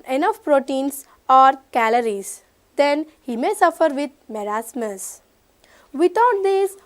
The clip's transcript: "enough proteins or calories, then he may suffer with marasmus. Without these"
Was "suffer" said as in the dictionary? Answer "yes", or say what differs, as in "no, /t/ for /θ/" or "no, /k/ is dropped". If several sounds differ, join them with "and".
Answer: yes